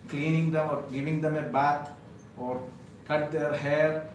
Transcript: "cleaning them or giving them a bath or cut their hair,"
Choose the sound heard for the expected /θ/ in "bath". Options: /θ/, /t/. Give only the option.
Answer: /t/